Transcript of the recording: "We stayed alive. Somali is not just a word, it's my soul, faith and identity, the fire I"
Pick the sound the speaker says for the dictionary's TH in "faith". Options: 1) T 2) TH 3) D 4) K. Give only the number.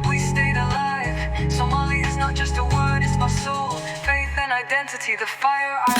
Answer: 2